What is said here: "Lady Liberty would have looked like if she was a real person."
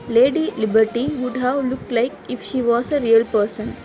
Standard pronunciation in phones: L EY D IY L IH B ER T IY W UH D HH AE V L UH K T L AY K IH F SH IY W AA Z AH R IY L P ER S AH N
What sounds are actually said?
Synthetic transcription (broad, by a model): L EY D IY L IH B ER T IY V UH D HH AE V L UH K T L AY K IH F SH IY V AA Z AH R IY L P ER S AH N